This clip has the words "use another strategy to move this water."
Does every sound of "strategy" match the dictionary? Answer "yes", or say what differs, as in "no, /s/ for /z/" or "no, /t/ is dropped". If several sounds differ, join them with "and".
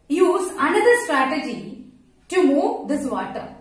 yes